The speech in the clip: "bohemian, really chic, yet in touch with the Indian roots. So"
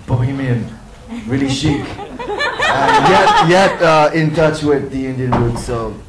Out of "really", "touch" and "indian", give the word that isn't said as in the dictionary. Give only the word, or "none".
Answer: none